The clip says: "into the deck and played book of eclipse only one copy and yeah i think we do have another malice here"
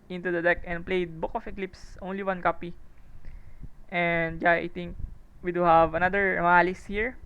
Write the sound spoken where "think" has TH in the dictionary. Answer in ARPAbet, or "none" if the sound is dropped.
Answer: T